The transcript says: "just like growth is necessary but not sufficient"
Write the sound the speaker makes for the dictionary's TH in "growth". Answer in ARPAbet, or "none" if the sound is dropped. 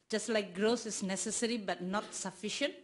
S